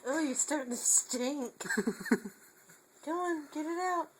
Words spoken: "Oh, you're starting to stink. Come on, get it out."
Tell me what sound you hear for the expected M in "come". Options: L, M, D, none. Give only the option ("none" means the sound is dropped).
none